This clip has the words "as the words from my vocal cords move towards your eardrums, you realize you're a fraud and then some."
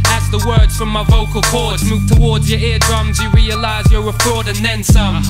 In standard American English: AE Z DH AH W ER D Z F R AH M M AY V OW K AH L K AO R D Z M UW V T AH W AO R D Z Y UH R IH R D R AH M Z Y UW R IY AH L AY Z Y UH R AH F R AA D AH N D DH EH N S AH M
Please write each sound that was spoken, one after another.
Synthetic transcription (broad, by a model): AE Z DH AH W ER D Z F R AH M M AY V OW K AH L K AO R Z M UW V T AH W AO R D Z Y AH R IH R D R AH M Z Y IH R IY AH L AY Z Y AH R AH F R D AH N DH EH N S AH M